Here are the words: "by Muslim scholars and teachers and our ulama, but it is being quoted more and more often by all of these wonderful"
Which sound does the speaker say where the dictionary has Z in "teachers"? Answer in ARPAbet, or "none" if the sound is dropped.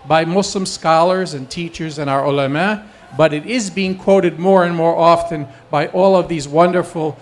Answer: Z